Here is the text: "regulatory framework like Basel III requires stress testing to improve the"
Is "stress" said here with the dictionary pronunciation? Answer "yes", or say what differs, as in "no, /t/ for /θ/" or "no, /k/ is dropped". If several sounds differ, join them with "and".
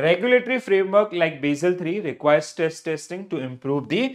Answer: no, /ɹ/ is dropped